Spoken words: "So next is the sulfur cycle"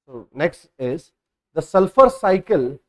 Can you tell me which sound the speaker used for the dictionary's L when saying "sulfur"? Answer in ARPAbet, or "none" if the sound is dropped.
L